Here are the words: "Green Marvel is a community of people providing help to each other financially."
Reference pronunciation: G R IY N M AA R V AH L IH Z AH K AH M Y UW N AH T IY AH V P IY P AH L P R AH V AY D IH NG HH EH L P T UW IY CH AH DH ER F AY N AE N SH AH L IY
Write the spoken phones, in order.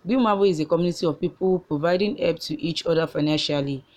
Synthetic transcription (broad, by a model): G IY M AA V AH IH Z AH K AH M Y UW N AH T IY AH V P IY P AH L P R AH V AY D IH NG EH P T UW IY CH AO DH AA F AY N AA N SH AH L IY